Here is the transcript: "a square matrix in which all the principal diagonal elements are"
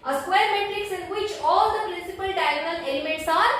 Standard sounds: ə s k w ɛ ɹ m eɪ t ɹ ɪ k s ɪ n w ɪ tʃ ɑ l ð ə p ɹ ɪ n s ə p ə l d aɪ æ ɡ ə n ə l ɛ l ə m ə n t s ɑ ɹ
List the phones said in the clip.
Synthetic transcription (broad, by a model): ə s k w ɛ ɹ m eɪ t ɹ ɪ k s ɪ n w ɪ tʃ ɑ l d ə p ɹ ɪ n s ə p ə l d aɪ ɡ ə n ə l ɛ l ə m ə t s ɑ ɹ